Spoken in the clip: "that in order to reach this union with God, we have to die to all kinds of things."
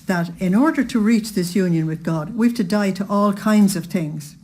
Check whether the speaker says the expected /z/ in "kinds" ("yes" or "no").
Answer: yes